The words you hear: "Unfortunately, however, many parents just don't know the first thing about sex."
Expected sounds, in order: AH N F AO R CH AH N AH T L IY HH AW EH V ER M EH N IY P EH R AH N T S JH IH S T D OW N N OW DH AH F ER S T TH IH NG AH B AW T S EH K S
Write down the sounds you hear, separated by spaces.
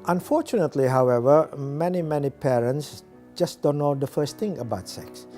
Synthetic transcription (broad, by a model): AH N F AO CH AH N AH T L IY HH AW EH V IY M EH N IY P EH R AH N T S JH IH S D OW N N OW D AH F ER S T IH NG AH B AW T S EH K S